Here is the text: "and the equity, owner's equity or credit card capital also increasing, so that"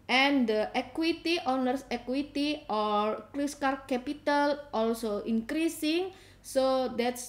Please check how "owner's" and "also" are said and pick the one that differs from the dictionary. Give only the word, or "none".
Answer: owner's